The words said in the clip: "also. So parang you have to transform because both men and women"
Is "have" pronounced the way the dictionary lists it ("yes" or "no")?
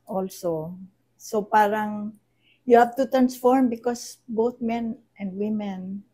no